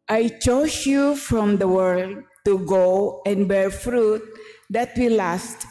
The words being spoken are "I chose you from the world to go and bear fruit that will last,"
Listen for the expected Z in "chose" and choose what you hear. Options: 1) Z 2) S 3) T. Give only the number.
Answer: 2